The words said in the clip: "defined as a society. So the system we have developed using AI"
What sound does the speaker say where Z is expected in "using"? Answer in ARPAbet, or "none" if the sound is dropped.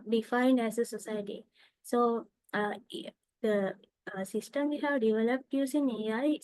S